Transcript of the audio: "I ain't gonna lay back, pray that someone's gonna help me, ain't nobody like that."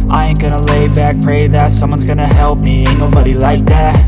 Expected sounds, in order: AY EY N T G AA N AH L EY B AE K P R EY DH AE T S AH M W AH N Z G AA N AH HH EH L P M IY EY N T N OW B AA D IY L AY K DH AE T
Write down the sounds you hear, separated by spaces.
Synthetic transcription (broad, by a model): AY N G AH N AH L EY B AE K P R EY DH AE T S AH M W AH N Z G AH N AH HH EH L P M IY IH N N OW B AA D IY L AY K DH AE T